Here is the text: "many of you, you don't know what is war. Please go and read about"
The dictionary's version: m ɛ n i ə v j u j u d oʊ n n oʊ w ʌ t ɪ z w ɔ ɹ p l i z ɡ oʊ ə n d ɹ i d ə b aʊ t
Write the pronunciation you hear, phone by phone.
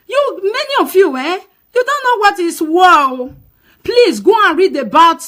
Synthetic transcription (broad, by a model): m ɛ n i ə f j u j u d oʊ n n oʊ w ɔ t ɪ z w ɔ l p l i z ɡ oʊ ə n ɹ i d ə b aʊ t